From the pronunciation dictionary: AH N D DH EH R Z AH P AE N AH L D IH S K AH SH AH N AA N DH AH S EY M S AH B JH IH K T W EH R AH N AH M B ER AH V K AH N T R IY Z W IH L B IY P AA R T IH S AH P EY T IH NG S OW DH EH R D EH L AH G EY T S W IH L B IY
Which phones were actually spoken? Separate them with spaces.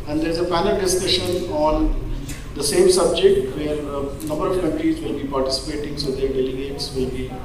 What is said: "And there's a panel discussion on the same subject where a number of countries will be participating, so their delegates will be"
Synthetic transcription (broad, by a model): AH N D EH R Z AH F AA N AH L D IH S K AH SH AH N AA N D AH S EY M S AH B JH IH K T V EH R AH N AH M B ER AH V K AH N T R IY Z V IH L B IY P AA R T IH S AH P EY T IH NG S OW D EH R D EH L AH G EY T S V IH L B IY